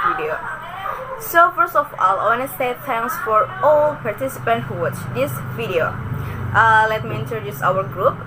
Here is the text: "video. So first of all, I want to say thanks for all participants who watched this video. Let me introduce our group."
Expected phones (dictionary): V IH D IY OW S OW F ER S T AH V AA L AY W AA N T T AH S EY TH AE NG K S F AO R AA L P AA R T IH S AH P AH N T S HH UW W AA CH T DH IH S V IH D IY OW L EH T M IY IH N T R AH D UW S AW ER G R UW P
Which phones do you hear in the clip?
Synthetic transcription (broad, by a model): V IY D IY OW S OW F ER S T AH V AA L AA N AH S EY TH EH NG S F AO R AA L P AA R T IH S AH P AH N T HH UW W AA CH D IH S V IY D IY OW L EH T M IY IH N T R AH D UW S AW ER G R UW P